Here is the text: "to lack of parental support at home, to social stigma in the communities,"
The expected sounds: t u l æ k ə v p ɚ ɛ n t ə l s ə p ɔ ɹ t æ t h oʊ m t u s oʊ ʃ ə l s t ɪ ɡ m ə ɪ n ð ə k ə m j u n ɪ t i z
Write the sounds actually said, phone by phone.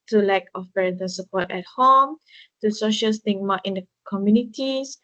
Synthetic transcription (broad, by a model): t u l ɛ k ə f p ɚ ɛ t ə n s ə p ɔ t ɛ t h oʊ m t u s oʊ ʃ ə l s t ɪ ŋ m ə ɪ n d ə k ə m j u n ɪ t i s